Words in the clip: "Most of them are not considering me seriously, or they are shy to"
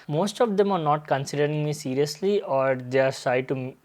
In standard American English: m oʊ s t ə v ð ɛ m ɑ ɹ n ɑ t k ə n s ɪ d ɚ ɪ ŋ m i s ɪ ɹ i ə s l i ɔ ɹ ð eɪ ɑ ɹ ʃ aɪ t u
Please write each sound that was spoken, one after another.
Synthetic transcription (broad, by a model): m oʊ s t ə v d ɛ m ɑ ɹ n ɑ t k ə n s ɪ d ɚ ɪ ŋ m i s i ɹ i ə s l i ɔ ɹ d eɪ ɑ ɹ s aɪ t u